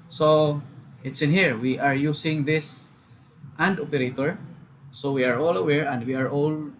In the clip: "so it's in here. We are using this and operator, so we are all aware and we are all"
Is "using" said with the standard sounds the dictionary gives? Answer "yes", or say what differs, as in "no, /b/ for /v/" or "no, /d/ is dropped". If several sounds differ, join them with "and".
no, /s/ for /z/